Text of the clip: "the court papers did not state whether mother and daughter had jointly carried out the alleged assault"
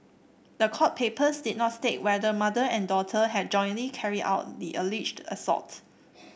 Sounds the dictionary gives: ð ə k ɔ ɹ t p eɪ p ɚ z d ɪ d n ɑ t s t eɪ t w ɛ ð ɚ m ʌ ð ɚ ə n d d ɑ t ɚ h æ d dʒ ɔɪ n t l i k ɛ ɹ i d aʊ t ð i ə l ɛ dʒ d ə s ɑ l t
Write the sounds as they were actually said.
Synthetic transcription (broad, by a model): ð ə k ɔ t p eɪ p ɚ s d ɪ d n ɑ t s t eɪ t w ɛ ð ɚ m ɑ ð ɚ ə n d d ɑ t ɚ h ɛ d dʒ ɔɪ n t l i k ɛ ɹ i d aʊ t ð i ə l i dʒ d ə s ɑ t